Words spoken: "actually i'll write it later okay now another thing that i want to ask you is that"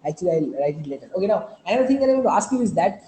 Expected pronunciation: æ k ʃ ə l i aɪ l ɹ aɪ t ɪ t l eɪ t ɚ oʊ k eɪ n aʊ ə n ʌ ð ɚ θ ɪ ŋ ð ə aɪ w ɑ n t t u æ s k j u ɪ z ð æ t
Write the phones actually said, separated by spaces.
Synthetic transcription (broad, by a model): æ k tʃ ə l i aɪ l ɹ aɪ t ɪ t l eɪ t ɚ oʊ k eɪ n aʊ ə ɪ ɚ t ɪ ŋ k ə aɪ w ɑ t t u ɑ s k j u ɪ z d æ t